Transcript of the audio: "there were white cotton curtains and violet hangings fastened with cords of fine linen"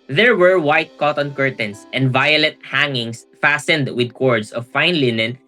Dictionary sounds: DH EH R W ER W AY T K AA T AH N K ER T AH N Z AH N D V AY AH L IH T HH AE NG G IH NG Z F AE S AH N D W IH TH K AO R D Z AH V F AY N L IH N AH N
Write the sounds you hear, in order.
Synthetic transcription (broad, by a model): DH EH R W ER W AY T K AA T AH N K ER T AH N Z AH N D V AY AH L IH T HH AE NG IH NG S F AE S AH N D W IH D K AO R D S AH V F AY N L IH N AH N